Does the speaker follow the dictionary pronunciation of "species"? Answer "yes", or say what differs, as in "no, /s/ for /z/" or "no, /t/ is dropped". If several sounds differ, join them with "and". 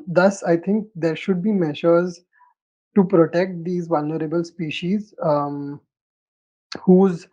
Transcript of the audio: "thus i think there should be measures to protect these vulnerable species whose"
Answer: yes